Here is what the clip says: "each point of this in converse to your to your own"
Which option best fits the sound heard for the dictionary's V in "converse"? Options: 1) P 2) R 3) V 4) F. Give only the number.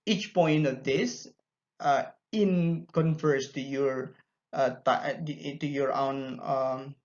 4